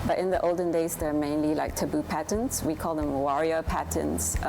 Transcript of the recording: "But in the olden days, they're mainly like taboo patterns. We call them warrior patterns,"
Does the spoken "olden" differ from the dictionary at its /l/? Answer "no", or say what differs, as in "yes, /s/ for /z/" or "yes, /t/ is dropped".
no